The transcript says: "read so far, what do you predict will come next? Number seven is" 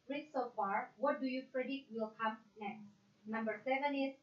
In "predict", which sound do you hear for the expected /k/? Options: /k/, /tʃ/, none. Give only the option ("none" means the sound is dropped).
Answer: none